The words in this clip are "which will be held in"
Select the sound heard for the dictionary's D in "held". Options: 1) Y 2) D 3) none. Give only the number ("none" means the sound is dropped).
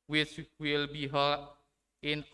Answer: 3